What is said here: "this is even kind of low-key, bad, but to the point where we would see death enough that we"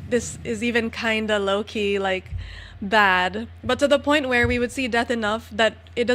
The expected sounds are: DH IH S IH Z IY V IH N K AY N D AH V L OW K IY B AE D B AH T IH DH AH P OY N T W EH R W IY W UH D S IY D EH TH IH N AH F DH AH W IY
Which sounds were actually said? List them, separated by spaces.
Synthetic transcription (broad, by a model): DH IH S IH Z IY V IH N K AY N D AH L OW K IY B AE D B AH T IH DH AH P OY N T W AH R W IY W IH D S IY D EH TH IH N AH F DH AH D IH